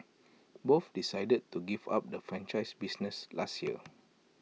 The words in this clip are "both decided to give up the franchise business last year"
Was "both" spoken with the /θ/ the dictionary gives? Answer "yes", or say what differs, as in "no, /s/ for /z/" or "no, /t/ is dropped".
no, /f/ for /θ/